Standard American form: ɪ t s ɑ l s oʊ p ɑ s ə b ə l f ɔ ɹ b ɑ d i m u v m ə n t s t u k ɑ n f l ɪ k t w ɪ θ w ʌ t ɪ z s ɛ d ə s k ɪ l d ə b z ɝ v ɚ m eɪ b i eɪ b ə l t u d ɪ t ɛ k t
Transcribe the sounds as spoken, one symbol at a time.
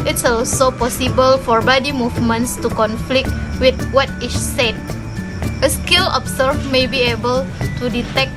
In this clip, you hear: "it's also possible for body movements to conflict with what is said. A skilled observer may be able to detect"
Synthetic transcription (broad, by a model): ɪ t s ɑ l s oʊ p ɑ s ə b ə l f ɔ ɹ b ɑ d i m u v m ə n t s t u k ɑ n f l ɪ k t w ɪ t w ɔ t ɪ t s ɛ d ə s k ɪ l ə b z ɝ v m eɪ b i eɪ b ə l t u d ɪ t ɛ k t